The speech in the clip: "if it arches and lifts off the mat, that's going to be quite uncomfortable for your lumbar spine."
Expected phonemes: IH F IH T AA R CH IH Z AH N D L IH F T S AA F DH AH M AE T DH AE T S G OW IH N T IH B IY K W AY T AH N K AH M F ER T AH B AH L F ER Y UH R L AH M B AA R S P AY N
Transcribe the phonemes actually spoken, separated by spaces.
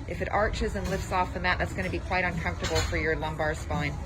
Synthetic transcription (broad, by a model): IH F IH T AA R CH IH Z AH N L IH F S AA F DH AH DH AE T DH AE T S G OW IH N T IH B IY K W AY T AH N K AH M F T AH B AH L F ER Y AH R L AH M B AA R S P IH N